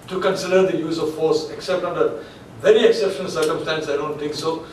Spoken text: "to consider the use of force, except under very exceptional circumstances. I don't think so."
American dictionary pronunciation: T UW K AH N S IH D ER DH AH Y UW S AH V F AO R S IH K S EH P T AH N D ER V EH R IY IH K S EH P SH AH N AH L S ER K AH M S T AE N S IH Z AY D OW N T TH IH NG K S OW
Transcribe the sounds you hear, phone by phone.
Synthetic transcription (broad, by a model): T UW K AH N S IH D ER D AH Y UW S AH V F AO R S IH K S EH P T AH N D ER V EH R IY IH K S EH P SH AH N AH L S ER K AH M S T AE N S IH IH D OW N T T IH NG K S OW